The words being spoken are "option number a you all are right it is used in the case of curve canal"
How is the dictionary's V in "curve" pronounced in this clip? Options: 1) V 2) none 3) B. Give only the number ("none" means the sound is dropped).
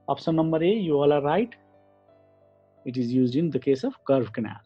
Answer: 3